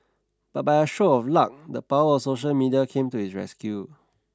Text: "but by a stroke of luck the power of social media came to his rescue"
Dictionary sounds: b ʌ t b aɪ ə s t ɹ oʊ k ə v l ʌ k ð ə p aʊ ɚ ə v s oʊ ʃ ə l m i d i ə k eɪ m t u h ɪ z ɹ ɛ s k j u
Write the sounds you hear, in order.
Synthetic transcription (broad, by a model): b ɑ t b aɪ ə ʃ oʊ ə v l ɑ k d ə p aʊ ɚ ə s oʊ ʃ ə l m i d i ə k eɪ m t u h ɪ s ɹ ɛ s k j u